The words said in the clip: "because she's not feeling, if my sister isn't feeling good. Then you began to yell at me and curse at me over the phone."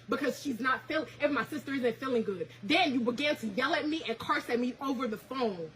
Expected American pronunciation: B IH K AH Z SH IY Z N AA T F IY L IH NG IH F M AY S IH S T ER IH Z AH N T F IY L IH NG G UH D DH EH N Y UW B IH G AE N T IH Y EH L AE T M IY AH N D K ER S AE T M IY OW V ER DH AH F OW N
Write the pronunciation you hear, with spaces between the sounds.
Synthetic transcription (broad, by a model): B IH K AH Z SH IY Z N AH T F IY L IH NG IH F M AY S IH S T ER IH Z AH N T F IY L IH NG G UH D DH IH N Y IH B IH G AE N T IH Y EH L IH T M IY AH N K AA S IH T M IY OW V ER DH AH F OW N